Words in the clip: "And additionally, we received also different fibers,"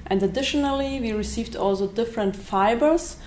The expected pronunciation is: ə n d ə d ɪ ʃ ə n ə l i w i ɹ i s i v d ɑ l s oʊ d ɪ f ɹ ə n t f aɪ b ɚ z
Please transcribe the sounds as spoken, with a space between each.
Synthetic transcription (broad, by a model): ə n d ə d ɪ ʃ ə n ə l i w i ɹ i s i v d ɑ l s oʊ d ɪ f ɹ ə n t f aɪ b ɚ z